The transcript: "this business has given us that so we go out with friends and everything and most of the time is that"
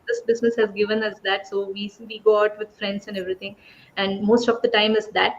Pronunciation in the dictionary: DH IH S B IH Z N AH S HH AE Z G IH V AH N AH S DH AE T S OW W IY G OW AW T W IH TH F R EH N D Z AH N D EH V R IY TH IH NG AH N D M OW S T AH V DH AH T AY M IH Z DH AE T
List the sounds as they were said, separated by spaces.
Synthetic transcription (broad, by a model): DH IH S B IH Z N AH S HH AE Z G IH V AH N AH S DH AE T S OW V IY G OW AW T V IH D F R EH N D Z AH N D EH V R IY T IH NG AH N D M OW S T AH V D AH T AY M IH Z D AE T